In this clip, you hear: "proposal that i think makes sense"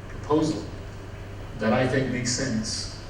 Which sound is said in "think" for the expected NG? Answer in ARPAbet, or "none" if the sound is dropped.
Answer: none